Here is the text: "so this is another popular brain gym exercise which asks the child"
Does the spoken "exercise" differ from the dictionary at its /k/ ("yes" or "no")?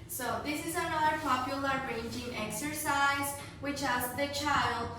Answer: no